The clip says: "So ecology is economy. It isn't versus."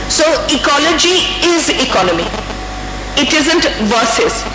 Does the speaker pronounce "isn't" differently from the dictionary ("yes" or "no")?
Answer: no